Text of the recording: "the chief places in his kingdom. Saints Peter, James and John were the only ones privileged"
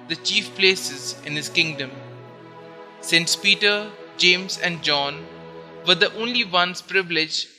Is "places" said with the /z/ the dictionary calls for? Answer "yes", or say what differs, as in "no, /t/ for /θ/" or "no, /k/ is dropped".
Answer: yes